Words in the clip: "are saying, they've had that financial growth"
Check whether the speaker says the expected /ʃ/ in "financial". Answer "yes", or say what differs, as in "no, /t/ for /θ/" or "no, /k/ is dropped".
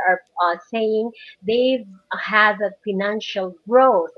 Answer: yes